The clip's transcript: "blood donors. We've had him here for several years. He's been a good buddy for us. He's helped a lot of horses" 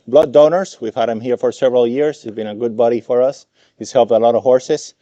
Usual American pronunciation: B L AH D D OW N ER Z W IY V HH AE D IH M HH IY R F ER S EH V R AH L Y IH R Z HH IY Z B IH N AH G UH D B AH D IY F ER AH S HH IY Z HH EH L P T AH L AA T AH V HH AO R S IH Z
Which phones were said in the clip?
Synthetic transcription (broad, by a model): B L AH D D OW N ER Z W IY V HH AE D IH M HH IY R F ER S EH V R AH L Y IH R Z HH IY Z B IH N AH G UH D B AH D IY F ER AH S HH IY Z HH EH L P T AH L AA T AH V HH AO R S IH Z